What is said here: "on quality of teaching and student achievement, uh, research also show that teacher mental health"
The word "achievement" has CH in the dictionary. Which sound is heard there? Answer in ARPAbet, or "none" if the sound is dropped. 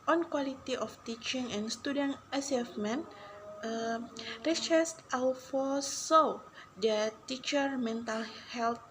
S